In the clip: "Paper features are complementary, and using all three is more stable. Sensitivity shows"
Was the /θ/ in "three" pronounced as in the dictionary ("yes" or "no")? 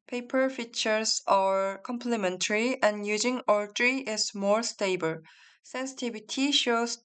no